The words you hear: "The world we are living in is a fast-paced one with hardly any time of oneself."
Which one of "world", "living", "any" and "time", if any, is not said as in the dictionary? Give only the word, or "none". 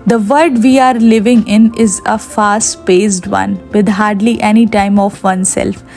world